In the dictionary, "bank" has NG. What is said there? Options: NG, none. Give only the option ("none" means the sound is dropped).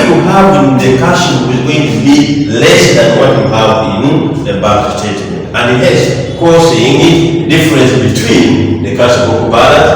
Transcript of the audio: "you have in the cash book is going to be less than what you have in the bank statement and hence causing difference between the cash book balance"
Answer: none